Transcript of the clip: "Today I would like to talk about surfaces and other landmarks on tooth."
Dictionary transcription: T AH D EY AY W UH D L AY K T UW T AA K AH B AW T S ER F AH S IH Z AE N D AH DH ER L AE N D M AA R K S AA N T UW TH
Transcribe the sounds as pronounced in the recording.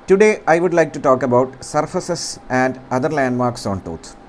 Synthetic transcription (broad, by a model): T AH D EY AY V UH D L AY K T UW T AA K AH B AW T S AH F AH S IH S AE N D AH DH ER L AE N D M AA R K S AA N T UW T